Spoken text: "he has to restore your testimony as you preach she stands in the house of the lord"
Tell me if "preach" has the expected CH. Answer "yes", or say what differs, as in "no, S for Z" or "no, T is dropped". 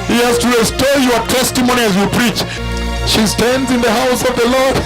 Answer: yes